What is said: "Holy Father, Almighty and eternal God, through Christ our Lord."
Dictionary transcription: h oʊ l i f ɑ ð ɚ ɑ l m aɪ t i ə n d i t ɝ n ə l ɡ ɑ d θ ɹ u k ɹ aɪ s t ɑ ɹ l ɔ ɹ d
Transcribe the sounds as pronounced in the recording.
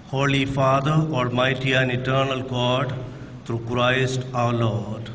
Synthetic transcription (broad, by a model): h oʊ l i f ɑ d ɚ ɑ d m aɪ t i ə n i t ɝ n ə l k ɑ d t ɹ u k ɹ aɪ s t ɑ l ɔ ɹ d